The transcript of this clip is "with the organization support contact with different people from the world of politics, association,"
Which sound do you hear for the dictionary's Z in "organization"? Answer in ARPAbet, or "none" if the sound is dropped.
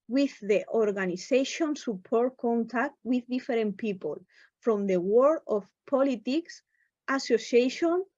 S